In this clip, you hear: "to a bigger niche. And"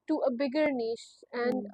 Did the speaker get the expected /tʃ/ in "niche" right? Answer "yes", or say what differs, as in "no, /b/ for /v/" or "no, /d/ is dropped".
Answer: no, /ʃ/ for /tʃ/